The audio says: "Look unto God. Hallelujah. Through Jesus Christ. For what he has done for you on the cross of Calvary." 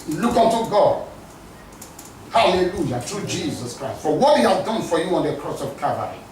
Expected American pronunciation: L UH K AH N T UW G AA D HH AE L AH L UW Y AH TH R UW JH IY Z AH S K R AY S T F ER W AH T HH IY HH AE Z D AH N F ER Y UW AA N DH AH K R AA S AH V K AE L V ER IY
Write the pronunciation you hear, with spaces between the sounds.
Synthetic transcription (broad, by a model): L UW K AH N T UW G AA D HH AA L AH L UW Y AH T R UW JH IY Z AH S K R AY S T F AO W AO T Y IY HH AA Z D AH N F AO Y UW AA N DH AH K R AA S AH V K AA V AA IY